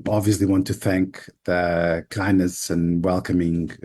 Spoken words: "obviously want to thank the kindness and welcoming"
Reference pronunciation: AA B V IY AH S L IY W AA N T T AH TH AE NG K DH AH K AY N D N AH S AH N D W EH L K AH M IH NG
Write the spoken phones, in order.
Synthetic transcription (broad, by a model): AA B V IY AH S L IY W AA N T T AH TH AE NG K DH AH K AY N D N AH S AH N W EH L K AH M IH NG